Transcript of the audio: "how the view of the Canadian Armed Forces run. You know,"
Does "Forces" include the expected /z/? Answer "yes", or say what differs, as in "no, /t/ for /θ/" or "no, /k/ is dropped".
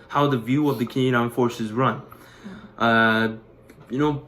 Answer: yes